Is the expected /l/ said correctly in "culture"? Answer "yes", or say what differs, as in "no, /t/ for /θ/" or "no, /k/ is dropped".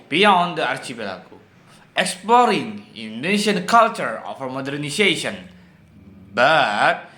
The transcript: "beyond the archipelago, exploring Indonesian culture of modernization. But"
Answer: yes